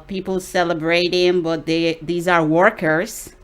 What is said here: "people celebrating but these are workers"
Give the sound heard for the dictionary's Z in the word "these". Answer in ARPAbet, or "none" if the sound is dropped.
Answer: Z